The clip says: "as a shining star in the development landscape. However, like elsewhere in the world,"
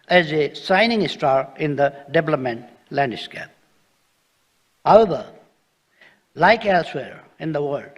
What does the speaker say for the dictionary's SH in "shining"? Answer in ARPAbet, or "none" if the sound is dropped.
S